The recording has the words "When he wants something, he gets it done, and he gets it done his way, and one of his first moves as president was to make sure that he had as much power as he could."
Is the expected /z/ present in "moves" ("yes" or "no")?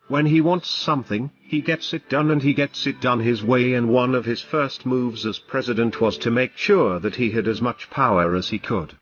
yes